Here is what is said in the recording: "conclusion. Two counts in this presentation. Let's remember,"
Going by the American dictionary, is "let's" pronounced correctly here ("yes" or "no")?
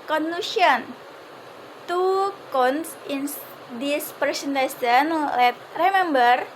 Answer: no